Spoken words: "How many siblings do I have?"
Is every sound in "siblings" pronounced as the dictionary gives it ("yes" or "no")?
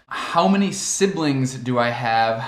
yes